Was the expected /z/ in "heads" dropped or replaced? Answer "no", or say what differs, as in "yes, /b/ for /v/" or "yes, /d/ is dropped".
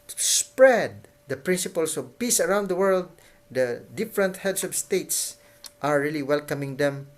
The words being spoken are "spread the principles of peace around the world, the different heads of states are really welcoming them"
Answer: yes, /s/ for /z/